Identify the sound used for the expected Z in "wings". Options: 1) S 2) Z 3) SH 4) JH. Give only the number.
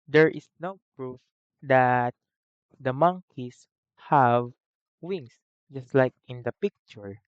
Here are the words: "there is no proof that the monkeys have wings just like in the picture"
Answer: 1